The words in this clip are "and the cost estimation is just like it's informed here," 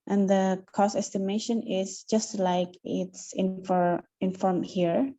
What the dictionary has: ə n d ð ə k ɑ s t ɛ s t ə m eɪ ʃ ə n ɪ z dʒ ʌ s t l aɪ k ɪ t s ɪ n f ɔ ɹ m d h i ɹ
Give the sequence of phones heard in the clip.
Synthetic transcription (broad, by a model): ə n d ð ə k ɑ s ɛ s t ə m eɪ ʃ ə n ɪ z dʒ ʌ s t l aɪ k ɪ t s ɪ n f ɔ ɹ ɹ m h i ɹ